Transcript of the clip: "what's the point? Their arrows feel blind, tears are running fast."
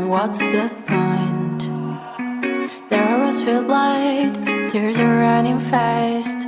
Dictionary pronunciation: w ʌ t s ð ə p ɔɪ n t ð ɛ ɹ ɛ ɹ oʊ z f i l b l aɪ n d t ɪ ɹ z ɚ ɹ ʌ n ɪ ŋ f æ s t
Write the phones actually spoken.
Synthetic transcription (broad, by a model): w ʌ t s ð ə p ɔɪ n t ð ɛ ɹ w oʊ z f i l b l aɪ d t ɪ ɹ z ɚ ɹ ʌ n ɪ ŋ f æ s t